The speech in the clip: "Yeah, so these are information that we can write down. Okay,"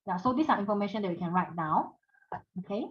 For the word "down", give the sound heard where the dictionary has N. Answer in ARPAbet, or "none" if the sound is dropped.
none